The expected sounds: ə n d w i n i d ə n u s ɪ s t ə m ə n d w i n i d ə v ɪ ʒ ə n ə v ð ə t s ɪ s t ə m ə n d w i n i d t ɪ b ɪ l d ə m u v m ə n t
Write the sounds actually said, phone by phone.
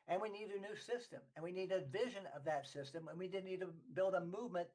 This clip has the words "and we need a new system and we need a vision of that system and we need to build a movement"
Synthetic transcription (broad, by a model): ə n w i n i d ə n u s ɪ s t ə m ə n w i n i d ə v ɪ ʒ ə n ə v ð ə t s ɪ s t ə m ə n w i n i d t ɪ b ɪ l d ə m u v m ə n t